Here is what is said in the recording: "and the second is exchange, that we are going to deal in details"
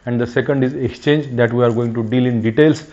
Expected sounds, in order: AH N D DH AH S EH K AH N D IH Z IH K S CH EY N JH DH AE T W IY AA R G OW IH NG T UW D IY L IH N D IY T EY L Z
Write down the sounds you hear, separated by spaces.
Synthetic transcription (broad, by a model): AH N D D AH S EH K AH N D IH Z IH K S CH EY N JH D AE T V IY AA R G OW IH NG T UW D IY L IH N D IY T EY L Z